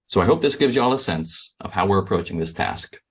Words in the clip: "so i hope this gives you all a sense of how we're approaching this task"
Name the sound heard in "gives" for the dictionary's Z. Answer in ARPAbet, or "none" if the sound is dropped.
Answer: Z